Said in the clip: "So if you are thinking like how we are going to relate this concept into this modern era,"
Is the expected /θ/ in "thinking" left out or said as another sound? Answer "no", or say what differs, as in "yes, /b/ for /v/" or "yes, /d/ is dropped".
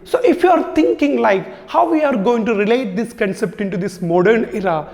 yes, /t/ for /θ/